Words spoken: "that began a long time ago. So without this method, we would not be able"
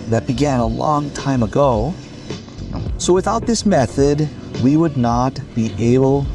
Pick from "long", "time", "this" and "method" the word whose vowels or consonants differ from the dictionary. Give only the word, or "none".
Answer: none